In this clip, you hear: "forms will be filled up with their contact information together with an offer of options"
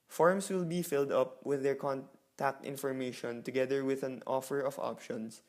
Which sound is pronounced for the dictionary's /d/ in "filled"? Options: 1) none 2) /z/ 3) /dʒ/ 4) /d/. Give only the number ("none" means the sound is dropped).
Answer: 4